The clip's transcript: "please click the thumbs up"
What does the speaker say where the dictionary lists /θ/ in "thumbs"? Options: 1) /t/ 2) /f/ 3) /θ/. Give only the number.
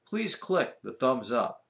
3